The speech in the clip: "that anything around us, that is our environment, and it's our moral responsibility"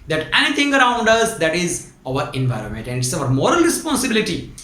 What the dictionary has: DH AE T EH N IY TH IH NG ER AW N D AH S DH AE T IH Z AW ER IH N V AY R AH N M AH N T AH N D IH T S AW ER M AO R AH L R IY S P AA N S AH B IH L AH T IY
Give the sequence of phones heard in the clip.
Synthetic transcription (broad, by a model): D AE T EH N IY T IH NG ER AW N D AH S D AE T IH Z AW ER IH N V AY R AH N M AH N T AH N D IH T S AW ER M AO R AH L R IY S P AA N S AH B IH L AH T IY